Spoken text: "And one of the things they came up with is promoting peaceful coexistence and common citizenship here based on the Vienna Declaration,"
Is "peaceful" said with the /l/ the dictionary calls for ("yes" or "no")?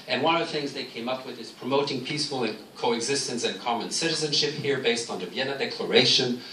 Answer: no